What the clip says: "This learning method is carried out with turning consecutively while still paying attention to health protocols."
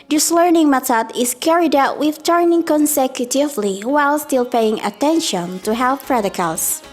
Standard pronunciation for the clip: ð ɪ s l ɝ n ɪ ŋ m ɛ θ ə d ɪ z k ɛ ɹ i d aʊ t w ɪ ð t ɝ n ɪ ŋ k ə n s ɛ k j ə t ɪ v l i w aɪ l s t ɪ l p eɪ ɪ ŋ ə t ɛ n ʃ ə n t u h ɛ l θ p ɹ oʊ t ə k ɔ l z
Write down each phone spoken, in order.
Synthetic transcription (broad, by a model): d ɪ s l ɝ n ɪ ŋ m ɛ t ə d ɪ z k ɛ ɹ i d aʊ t w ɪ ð t ɝ n ɪ ŋ k ə n s ɛ k j ə t ɪ v l i w aɪ l s t ɪ l p eɪ ɪ ŋ ə t ɛ n ʃ ə n t u h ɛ l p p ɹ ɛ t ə k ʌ l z